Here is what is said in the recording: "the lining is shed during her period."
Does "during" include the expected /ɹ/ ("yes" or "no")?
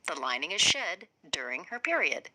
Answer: yes